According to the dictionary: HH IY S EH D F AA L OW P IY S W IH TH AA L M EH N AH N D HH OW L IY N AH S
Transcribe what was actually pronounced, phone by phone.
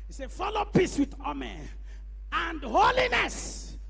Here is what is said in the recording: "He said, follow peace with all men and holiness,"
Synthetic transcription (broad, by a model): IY S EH F AA L OW P IY S W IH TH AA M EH AH N D HH OW L IY N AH S